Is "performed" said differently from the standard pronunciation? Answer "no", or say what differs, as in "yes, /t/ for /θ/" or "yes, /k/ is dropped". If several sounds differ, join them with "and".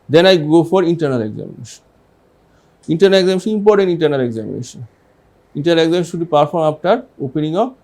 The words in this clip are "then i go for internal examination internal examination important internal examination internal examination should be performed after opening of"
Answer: yes, /d/ is dropped